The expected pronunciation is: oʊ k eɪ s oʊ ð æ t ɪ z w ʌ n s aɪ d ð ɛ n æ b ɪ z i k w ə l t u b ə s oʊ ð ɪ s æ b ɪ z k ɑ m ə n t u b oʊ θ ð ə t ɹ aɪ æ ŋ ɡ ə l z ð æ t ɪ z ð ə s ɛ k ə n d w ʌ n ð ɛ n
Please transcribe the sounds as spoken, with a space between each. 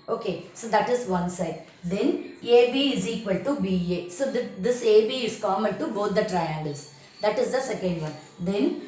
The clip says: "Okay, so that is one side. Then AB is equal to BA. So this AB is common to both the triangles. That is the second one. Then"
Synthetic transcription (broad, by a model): oʊ k eɪ s oʊ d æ t ɪ z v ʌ n s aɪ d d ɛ n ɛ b ɪ z i k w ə l t u b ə s oʊ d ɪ s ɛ b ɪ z k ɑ m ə l t u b oʊ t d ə t ɹ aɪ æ ŋ ɡ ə l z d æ t ɪ z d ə s ɛ k ə n d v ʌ n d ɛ n